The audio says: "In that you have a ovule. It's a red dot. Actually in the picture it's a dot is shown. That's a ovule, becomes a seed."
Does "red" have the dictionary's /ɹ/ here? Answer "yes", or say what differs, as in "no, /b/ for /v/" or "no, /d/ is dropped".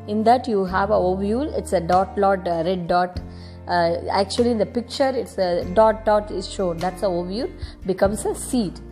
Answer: no, /l/ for /ɹ/